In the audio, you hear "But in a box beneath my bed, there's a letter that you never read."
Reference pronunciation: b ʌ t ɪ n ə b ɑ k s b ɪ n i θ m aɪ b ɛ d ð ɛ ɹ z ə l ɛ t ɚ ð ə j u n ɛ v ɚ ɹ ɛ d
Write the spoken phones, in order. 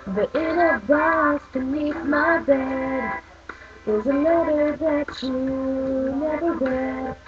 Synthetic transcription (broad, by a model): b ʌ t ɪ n ə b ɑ s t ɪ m i t m aɪ b ɛ d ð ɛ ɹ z ə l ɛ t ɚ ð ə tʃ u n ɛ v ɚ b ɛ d